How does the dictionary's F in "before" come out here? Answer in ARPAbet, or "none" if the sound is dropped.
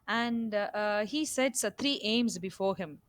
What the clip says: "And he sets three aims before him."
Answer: F